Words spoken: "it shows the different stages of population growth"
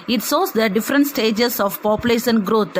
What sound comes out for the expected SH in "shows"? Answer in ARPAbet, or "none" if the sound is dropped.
S